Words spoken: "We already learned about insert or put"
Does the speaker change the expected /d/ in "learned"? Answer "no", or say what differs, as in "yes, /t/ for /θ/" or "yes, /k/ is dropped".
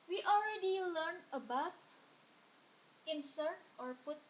yes, /d/ is dropped